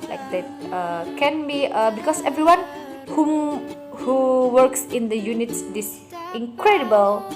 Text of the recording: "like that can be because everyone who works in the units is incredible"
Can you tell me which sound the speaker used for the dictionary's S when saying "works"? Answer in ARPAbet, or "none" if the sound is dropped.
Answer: S